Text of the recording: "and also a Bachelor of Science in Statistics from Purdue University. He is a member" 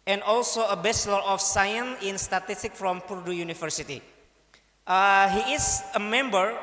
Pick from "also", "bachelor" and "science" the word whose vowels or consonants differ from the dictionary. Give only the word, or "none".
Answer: bachelor